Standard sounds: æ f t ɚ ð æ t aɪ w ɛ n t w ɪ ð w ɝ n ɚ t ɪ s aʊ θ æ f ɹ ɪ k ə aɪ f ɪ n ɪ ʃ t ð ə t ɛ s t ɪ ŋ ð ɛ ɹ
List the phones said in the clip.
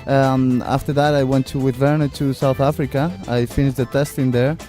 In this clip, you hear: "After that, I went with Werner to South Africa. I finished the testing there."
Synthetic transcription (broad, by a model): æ f t ɚ ð æ t aɪ w ɛ n t w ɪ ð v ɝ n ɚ t ɪ s aʊ θ æ f ɹ ɪ k ə aɪ f ɪ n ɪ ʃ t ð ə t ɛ s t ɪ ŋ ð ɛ ɹ